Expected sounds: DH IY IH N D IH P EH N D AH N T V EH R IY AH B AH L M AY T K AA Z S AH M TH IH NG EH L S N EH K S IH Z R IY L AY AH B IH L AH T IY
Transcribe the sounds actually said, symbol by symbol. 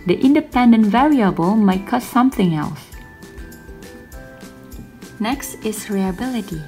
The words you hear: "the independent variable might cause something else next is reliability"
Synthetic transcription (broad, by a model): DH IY IH N D IH P EH N D AH N T V EH R IY AH B AH L M AY T K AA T S AH M TH IH NG EH L S N EH K S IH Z R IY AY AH B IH L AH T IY